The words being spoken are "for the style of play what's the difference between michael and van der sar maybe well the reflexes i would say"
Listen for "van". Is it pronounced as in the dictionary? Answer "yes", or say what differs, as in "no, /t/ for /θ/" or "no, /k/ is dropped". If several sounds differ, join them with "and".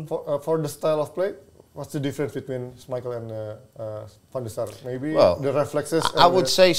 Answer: no, /f/ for /v/